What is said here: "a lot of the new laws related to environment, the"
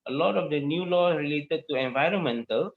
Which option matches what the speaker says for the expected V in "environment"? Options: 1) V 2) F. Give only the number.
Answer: 1